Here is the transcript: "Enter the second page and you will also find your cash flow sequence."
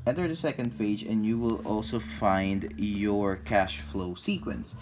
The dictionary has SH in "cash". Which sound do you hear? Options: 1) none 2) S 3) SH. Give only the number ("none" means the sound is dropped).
3